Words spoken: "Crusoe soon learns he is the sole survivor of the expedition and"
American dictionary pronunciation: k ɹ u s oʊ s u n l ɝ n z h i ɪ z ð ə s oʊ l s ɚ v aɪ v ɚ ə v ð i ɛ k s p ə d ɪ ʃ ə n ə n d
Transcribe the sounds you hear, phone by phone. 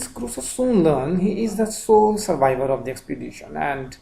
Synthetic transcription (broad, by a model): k ɹ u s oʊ s u n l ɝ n h i ɪ z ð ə s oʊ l s ɚ v aɪ v ɚ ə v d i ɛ k s p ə d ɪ ʃ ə n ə n d